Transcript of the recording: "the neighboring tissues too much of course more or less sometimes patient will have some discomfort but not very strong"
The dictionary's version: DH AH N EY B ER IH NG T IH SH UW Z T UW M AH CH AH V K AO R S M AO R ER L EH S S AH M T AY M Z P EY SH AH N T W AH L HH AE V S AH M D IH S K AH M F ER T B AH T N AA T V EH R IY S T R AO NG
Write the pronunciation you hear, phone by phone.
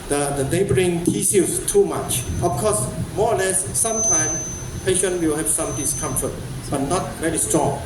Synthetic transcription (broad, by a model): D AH N EY B ER IH NG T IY S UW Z T UW M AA CH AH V K AO S M AO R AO L EH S S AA M T AY M S P EY SH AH N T W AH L HH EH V S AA M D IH S K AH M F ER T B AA T N AA T V EH R IY S T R AO NG